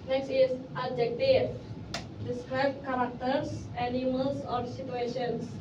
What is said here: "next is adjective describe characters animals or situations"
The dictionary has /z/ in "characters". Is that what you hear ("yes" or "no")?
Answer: no